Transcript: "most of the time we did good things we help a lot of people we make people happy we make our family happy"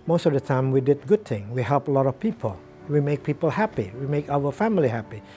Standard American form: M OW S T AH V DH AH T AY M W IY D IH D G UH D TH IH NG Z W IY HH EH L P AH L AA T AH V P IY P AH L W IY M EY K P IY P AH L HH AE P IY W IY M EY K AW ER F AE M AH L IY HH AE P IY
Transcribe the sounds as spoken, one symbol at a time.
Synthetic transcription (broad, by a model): M OW S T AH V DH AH T AY M W IY D IH D G UH D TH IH NG W IY HH EH L P AH L AA T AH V P IY P AH L W IY M EY K P IY P AH L HH AE P IY W IY M EY K AW ER F AE M AH L IY HH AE P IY